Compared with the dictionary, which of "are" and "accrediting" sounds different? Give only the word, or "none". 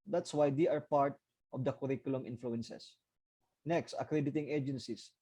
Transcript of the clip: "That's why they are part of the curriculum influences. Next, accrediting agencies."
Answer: none